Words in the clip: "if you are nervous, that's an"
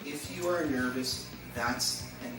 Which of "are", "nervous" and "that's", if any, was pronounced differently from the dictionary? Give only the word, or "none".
none